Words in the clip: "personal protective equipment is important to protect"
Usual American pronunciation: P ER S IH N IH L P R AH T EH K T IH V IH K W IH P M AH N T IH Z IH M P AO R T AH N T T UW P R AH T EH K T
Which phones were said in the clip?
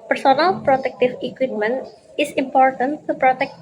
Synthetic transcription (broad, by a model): P ER S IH N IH L P R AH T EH K T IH F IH K W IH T M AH N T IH S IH M P AO R T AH N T T UW P R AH T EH K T